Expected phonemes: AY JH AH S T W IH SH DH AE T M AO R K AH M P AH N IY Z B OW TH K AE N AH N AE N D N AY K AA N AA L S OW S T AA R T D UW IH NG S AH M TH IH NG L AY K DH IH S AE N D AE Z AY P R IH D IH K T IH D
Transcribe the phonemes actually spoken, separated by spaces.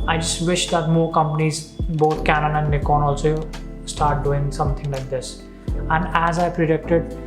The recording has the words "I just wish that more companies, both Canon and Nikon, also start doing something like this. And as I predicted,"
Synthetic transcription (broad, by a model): AY JH AH S T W IH SH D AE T M AO R K AH M P AH N IY Z B OW T K AE N AH N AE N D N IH K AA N AA L S OW S T AA R T D UW IH NG S AH M T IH NG L AY K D IH S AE N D AE Z AY P R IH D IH K T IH D